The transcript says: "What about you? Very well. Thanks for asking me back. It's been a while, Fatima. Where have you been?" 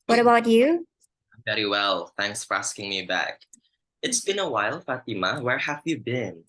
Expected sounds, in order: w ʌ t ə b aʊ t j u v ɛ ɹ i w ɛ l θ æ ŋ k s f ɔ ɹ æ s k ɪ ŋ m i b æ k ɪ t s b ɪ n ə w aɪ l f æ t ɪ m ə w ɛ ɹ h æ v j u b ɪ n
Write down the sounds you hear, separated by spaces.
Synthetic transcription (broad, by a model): w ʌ t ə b aʊ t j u v ɛ ɹ i w ɛ l θ æ ŋ k s f ɔ ɹ æ s k ɪ ŋ m i b æ k ɪ t s b ɪ n ə w aɪ l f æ t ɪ m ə w ɛ ɹ h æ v j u b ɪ n